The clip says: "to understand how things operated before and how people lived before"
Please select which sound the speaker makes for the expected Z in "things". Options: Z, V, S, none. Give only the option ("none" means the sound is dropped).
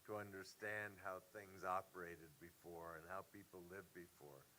Z